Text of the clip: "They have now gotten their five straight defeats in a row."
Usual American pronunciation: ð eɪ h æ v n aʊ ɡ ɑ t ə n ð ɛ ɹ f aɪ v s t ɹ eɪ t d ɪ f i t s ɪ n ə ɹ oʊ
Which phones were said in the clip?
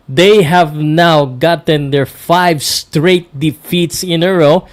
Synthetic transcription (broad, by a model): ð eɪ h æ v n aʊ ɡ ɑ t ə n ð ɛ ɹ f aɪ v s t ɹ eɪ t d ɪ f i t s ɪ n ə ɹ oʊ